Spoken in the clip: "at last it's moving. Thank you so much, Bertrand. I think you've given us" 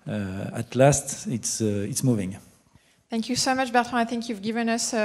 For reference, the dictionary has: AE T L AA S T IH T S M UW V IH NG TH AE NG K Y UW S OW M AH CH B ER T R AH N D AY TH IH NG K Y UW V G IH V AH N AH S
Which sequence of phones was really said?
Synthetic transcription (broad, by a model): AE T L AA S T IH T S M UW V IH NG TH AE NG K Y UW S OW M AH CH B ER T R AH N AY TH IH NG K Y UW V G IH V AH N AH S